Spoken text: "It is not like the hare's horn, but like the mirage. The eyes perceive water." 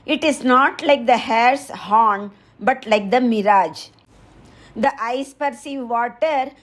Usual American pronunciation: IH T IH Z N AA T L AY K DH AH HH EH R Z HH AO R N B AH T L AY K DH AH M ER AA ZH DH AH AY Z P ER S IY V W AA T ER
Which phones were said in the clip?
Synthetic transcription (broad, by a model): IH T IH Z N AA T L AY K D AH HH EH R S HH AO N B AH T L AY K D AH M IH AA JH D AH AY S P ER S IY V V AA T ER